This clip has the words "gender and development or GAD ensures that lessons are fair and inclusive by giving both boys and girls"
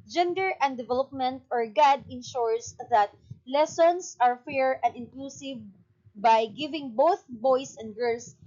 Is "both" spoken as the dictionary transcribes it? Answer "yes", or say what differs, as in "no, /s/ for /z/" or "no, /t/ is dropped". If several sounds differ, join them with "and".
yes